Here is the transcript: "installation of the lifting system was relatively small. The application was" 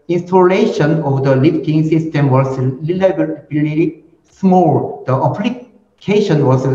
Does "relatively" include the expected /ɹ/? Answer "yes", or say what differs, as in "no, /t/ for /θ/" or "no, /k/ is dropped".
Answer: no, /l/ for /ɹ/